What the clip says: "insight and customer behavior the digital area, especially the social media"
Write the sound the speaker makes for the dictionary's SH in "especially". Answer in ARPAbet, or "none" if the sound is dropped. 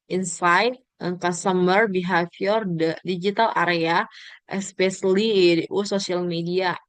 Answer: S